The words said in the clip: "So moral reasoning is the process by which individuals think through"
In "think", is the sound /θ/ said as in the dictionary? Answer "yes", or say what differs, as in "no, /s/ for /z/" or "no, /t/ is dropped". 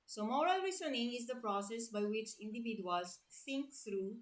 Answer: no, /s/ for /θ/